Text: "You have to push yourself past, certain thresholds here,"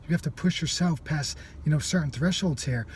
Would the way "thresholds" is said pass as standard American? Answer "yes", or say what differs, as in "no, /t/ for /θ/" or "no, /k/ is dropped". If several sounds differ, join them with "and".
yes